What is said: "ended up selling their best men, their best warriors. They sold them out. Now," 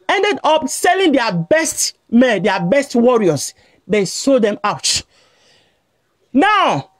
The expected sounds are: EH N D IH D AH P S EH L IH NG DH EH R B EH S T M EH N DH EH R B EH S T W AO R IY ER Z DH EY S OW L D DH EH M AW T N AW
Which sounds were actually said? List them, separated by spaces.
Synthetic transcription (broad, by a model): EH N D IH D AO P S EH L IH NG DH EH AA B EH S T M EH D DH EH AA B EH S T W AO R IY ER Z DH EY S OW D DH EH M AW T N AW